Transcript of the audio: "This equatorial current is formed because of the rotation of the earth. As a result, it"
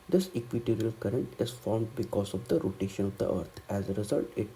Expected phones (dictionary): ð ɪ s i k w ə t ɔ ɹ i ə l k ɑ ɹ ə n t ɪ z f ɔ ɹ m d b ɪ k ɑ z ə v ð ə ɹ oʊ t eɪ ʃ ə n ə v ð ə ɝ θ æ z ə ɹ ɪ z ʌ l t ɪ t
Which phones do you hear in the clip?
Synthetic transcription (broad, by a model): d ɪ s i k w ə t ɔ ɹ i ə l k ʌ ɹ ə n t ɪ z f ɔ ɹ m d b ɪ k ɑ z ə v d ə ɹ oʊ t eɪ ʃ ə n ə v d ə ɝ t æ z ə ɹ ɪ z ʌ l t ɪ t